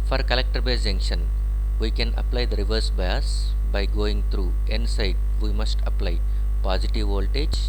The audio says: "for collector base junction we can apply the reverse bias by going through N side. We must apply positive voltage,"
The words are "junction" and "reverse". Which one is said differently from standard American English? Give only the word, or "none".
none